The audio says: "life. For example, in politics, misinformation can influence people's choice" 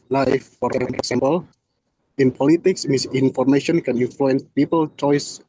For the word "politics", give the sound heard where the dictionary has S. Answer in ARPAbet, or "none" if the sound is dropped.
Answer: S